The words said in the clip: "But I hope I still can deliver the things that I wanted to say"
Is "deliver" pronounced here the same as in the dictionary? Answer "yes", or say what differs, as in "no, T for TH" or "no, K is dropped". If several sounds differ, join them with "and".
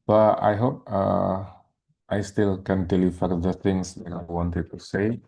no, F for V